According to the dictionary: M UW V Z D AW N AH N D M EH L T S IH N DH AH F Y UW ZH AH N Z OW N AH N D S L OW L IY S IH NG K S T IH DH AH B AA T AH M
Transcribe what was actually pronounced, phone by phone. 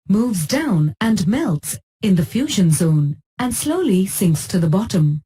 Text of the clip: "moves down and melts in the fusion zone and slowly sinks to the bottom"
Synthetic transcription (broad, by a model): M UW V Z D AW N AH N M EH L T S IH N DH AH F Y UW ZH AH N Z OW N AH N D S L OW L IY S IH NG K S T IH DH AH B AA T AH M